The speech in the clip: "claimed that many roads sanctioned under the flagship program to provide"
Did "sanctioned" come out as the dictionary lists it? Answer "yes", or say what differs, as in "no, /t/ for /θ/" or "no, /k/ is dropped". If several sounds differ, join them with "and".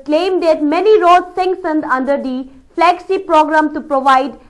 no, /s/ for /ʃ/